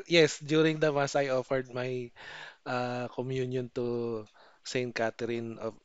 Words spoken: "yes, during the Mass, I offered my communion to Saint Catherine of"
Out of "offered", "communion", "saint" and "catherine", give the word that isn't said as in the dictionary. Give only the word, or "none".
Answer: catherine